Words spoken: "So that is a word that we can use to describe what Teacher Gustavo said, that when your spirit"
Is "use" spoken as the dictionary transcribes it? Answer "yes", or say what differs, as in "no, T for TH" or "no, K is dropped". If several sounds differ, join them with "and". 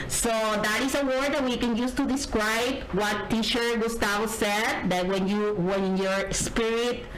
yes